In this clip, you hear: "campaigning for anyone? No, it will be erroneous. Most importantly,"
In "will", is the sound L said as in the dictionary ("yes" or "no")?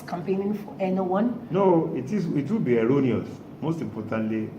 no